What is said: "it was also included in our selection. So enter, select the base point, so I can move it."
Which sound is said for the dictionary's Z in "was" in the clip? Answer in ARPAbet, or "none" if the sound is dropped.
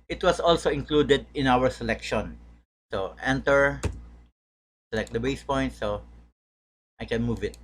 S